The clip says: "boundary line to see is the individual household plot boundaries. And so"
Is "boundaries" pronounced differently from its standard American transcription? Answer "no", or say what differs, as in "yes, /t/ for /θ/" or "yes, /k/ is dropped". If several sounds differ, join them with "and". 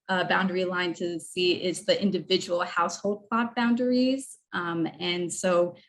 no